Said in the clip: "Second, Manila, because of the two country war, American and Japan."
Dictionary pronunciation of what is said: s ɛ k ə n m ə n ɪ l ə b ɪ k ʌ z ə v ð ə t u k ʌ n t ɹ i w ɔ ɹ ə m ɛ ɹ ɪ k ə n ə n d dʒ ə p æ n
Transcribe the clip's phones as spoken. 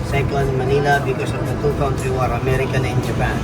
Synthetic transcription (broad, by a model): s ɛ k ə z m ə n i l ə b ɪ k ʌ s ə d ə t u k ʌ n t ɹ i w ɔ ɹ ə m ɛ ɹ ɪ k ə n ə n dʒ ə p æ n